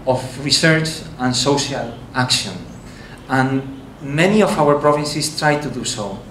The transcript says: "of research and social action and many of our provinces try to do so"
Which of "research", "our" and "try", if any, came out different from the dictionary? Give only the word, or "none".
none